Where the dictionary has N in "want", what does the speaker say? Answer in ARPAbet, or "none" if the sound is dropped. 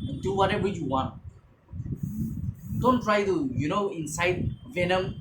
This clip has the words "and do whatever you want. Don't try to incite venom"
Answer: N